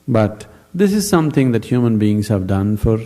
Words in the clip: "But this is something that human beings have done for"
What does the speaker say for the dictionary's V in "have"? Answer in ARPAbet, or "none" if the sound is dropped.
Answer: V